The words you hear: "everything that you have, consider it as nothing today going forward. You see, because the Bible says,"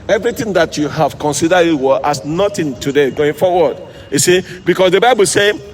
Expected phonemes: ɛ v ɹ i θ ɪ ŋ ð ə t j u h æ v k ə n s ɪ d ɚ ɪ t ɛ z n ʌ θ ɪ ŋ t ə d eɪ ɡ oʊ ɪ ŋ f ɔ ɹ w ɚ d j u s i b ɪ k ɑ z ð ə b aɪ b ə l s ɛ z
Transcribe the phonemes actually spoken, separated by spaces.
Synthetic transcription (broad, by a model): ɛ v ɹ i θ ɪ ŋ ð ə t j u h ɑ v k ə n s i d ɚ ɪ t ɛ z n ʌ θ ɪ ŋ t ə d eɪ ɡ oʊ ɪ ŋ f ɔ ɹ w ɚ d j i s i b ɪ k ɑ s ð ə b aɪ b ə l s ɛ